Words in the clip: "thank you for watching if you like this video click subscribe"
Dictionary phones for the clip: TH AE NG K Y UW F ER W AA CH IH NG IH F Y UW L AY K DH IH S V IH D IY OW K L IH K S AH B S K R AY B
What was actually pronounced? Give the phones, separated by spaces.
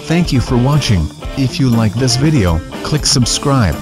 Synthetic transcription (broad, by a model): TH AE NG K Y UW F ER W AA CH IH NG IH F Y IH L AY K DH IH S V IH D IY OW K L IH K S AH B S K R AY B